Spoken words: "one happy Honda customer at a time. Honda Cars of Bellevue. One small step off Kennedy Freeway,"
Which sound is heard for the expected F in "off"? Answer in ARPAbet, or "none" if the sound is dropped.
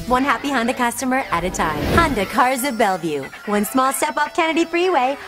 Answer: P